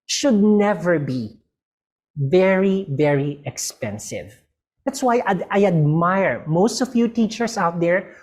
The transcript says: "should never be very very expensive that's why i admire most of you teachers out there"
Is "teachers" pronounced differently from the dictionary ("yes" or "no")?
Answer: yes